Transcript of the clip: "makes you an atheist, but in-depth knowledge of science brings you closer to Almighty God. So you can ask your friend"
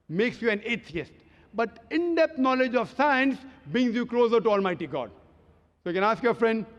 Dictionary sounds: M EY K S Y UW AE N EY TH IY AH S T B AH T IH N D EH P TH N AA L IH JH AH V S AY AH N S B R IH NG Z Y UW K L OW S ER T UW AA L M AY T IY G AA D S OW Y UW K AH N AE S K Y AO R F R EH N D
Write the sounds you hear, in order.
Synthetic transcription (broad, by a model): M EY K S Y UW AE N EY T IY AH S T B AH T IH N D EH P T N AA L IH JH AH V S AY AH N S B R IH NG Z Y UW K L OW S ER T UW AA L M AY T IY G AA D S OW Y UW K AH N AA S K Y AO R F R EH N D